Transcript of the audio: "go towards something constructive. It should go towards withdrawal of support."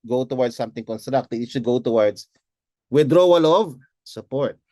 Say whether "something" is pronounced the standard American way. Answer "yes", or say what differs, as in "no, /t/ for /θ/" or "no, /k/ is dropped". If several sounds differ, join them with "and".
no, /t/ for /θ/